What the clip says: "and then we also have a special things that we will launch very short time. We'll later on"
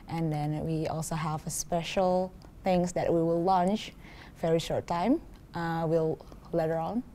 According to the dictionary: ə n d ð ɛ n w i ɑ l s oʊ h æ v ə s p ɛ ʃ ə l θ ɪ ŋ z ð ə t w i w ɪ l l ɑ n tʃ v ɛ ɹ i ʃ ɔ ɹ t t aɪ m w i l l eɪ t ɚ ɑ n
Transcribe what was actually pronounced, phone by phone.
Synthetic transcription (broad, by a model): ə n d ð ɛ n w i ɑ l s oʊ h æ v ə s p ɛ ʃ ə l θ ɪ ŋ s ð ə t w i w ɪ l l ɑ n tʃ v ɛ ɹ i ʃ ɔ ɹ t t aɪ m w i l l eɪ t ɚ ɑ n